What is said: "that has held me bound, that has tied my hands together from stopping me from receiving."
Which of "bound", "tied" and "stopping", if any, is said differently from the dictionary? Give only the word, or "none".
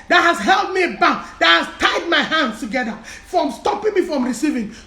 bound